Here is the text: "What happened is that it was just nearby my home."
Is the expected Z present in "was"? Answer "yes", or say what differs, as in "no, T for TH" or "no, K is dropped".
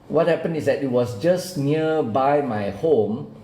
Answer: no, S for Z